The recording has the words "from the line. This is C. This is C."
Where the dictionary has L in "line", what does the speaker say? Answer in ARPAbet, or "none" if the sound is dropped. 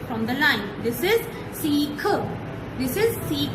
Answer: L